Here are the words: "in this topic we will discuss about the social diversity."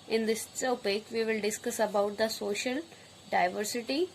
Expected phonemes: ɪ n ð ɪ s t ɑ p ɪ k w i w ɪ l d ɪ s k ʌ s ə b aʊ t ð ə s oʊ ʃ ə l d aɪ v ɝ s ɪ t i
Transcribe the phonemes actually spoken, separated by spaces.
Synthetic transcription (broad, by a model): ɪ n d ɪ s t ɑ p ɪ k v i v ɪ l d ɪ s k ʌ s ə b aʊ t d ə s oʊ ʃ ə l d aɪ v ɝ s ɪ t i